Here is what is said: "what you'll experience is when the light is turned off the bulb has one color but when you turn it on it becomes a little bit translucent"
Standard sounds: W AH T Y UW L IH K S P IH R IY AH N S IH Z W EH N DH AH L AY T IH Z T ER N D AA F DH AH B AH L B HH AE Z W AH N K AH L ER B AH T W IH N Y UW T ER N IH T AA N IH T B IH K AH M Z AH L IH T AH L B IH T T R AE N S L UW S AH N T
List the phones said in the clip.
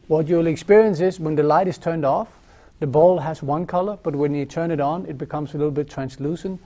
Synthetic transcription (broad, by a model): W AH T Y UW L IH K S P IH R IY AH N S IH Z W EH N DH AH L AY T IH Z T ER N D AA F DH AH B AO L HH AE Z W AH N K AH L ER B AH T W IH N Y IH T ER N IH T N IH T B IH K AH M Z AH L IH T L B IH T T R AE N S L UW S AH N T